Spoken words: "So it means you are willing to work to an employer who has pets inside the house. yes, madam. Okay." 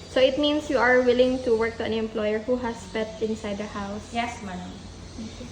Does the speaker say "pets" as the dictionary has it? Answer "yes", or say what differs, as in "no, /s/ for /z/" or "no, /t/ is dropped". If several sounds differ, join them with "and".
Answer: no, /s/ is dropped